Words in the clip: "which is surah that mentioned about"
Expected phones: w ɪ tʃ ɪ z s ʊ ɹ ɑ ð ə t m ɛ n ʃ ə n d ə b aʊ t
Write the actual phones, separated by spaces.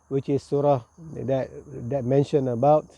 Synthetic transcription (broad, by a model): w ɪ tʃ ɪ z s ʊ ɹ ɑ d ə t m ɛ n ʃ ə n ə b aʊ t